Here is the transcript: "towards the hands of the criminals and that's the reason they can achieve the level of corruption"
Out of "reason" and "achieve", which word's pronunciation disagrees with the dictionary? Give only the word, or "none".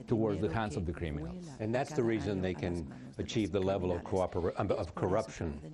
none